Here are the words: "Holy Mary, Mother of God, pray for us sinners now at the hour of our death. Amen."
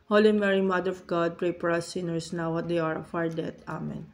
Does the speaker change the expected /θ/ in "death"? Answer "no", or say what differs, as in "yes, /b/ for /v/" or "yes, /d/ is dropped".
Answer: yes, /t/ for /θ/